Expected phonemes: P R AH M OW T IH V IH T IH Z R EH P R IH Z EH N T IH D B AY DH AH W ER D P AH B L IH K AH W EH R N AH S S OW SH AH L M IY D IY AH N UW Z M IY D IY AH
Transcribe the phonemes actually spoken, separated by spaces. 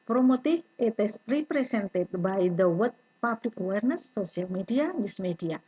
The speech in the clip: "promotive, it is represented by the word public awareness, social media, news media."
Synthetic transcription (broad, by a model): P R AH M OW T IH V IH T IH S R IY P R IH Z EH N T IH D B AY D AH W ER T P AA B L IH K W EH R N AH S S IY AH L M IY D IY AH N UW S M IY D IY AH